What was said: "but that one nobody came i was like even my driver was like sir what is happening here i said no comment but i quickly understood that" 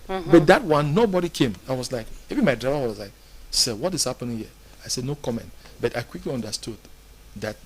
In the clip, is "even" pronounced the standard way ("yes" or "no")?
no